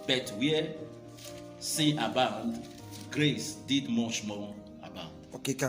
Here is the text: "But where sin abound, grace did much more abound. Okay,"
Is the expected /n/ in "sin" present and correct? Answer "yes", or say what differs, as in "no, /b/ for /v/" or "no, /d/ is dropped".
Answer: no, /n/ is dropped